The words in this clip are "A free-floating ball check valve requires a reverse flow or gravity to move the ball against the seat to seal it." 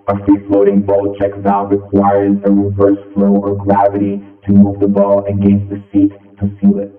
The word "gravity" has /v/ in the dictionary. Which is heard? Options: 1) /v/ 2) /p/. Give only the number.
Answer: 1